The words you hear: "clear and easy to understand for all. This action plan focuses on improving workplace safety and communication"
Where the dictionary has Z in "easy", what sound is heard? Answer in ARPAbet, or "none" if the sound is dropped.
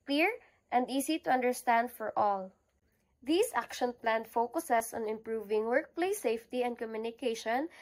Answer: S